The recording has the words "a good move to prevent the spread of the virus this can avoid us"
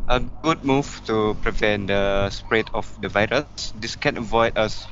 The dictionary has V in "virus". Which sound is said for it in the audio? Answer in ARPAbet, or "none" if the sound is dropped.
V